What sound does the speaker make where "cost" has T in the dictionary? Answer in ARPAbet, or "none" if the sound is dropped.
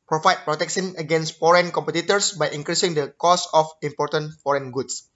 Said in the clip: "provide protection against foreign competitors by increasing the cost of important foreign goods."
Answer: none